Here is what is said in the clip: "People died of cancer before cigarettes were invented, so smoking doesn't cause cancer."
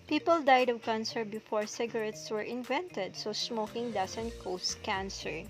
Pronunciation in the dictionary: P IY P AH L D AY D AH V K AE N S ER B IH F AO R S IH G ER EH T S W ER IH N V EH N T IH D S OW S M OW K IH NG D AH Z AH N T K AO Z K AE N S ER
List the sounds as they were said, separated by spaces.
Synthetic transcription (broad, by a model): P IY P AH L D AY D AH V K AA N S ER B IH F AO R S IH G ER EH T S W ER IH N V EH N T IH D S OW S M OW K IH NG D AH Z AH N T K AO S K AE N S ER